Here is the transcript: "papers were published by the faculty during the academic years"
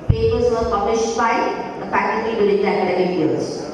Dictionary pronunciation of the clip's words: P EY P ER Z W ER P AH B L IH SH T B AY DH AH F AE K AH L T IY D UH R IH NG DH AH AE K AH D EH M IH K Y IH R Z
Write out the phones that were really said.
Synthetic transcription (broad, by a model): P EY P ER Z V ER P AH B L IH SH T B AY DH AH P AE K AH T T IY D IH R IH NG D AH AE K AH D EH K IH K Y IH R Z